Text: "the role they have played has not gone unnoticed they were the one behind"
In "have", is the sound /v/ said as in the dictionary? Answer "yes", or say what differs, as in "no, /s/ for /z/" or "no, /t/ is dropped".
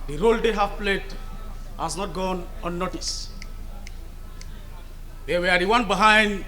no, /f/ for /v/